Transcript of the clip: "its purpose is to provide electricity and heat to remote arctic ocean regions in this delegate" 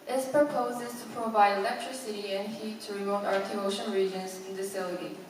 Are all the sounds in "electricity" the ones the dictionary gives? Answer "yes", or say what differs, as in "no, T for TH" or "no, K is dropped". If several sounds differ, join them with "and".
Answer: yes